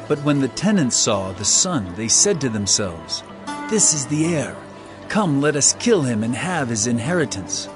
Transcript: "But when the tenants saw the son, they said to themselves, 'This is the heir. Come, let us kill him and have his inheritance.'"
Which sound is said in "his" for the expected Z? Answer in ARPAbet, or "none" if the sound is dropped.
Z